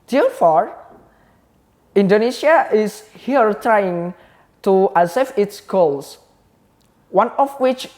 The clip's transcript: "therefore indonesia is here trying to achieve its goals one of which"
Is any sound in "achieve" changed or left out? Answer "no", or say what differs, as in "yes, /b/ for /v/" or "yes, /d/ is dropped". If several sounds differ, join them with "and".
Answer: yes, /s/ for /tʃ/